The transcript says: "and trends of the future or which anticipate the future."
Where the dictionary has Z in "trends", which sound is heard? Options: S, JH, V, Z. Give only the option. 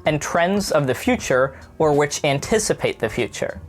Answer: Z